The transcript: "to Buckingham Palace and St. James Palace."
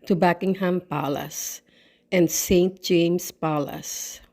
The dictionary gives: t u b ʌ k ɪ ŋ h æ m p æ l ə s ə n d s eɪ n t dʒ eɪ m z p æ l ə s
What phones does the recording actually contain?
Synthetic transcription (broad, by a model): t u b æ k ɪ ŋ h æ m p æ l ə s ə n d s eɪ n t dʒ eɪ m s p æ l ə s